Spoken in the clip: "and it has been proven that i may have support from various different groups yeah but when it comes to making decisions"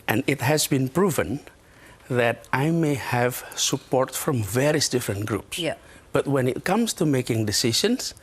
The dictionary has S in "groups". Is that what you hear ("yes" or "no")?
yes